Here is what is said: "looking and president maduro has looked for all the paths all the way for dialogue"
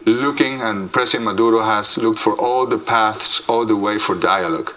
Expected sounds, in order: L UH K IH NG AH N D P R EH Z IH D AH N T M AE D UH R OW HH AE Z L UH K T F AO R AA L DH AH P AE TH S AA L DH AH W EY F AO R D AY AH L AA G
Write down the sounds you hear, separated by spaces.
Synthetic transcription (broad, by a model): L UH K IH NG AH N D P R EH S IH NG M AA D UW R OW HH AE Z L UH K T F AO R AA L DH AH P AE TH S AA L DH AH W EY F AO R D AY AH L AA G